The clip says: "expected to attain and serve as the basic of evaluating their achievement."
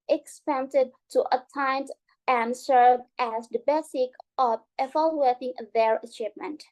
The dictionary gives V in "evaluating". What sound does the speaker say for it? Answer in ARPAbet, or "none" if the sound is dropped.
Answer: F